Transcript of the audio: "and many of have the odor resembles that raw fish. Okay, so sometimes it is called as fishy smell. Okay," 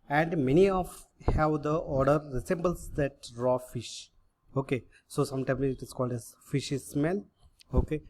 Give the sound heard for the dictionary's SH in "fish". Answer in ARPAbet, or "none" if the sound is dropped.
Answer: SH